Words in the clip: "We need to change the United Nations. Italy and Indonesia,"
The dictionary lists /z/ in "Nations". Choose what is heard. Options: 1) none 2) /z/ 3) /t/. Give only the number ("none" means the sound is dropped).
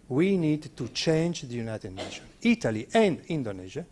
1